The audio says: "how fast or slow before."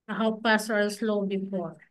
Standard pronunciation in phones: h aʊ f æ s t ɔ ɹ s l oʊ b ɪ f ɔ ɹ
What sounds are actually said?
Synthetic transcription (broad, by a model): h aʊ p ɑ s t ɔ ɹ s l oʊ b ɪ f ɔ ɹ